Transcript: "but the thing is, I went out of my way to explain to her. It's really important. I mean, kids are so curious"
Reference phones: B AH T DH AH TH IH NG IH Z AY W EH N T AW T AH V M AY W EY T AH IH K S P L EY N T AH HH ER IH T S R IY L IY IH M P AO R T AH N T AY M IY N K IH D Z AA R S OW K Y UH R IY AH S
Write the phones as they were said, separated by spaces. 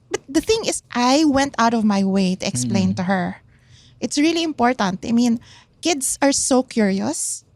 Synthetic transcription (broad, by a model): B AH T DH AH TH IH NG IH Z AY W EH N T AW T AH V M AY W EY T AH IH K S P L EY N T AH HH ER IH T S R IY L IY IH M P AO R T AH N T AY M IY N K IH D S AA R S OW K Y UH R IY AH S